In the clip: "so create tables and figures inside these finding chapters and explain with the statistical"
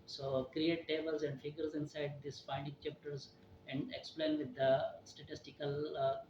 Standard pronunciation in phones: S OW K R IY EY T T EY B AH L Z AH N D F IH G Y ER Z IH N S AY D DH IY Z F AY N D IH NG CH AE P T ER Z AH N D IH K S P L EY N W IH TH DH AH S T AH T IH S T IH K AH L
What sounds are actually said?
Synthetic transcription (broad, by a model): S OW K R IY EY T T EY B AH L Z AH N D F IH G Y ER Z IH N S AY D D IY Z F AY N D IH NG CH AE P T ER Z AH N D IH K S P L EY N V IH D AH S T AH T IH S T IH K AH L